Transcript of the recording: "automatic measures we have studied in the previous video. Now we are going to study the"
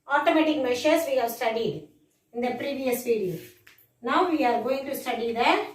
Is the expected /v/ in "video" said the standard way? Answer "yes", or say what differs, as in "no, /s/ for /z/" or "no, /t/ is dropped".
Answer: no, /p/ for /v/